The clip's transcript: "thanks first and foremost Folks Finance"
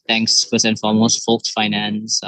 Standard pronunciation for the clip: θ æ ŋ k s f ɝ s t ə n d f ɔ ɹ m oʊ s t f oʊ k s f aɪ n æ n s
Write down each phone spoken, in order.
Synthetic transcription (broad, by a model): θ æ ŋ k s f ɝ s ə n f ɔ l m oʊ s t f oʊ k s f aɪ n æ n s